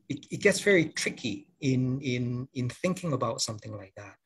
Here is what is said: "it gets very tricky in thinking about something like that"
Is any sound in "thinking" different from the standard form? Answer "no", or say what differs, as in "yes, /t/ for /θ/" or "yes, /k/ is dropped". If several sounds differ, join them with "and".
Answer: no